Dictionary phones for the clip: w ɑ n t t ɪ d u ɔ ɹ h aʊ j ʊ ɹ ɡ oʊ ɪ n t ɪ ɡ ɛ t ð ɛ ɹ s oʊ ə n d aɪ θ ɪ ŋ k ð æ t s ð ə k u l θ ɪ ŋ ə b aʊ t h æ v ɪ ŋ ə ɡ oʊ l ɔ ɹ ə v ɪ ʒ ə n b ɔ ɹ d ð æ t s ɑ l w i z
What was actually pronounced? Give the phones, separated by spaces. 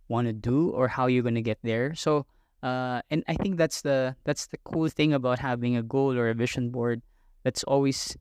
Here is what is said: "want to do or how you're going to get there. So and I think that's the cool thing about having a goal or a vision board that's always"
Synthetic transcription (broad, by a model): w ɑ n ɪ d u ɔ ɹ h aʊ j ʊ ɹ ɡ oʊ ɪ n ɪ ɡ ɛ t ð ɛ ɹ s oʊ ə n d aɪ θ ɪ ŋ k ð æ t s ð ə k u l θ ɪ ŋ ə b aʊ t h æ v ɪ ŋ ə ɡ oʊ l ɔ ɹ ə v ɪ ʃ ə n b ɔ ɹ d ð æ t s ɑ l w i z